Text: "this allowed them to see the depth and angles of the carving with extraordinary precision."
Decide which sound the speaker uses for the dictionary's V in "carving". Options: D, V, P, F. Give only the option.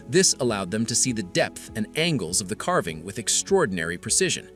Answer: V